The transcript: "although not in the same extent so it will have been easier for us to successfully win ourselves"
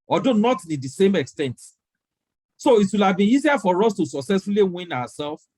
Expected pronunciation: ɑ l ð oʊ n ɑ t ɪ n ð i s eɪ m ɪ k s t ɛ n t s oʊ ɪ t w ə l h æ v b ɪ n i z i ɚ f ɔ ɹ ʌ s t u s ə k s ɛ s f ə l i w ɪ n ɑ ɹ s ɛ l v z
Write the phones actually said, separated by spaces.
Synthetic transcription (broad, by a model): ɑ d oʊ n ɑ t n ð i s eɪ m ɪ k s t ɛ n t s oʊ ɪ t w ə l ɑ v b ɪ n i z i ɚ f ɔ ɹ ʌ s t u s ə k s ɛ s f ə l i w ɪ n ɑ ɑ s ɛ l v